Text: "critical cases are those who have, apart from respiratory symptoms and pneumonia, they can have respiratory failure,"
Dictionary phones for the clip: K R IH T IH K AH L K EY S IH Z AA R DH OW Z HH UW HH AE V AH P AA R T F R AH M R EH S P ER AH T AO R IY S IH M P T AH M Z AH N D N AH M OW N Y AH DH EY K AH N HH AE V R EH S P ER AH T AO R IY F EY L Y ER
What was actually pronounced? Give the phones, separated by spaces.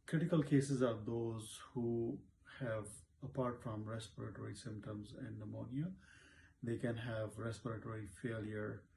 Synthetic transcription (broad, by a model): K R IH T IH K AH L K EY S IH Z AA R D OW Z HH UW HH AE V AH P AA R T F R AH M R EH S P ER AH T AO R IY S IH M P T AH M Z AH N D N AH M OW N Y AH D EY K AH N HH AE V R EH S P ER AH T AO R IY F EY L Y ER